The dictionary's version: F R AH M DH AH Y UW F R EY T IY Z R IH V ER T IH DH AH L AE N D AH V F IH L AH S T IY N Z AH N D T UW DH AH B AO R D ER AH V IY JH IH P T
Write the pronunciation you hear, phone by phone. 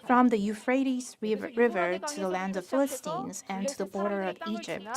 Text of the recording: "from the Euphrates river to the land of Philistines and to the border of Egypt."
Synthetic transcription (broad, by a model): F R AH M DH AH Y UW F R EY T IY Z R IH V ER T IH DH AH L AE N D AH V F IH L AH S T IY N Z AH N T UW DH AH B AO R D ER AH V IY JH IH P T